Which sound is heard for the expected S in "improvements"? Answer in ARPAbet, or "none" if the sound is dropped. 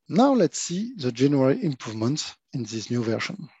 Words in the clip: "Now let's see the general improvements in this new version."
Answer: none